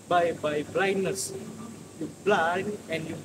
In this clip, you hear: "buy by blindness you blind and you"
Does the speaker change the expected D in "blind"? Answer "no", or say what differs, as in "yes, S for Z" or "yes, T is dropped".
yes, D is dropped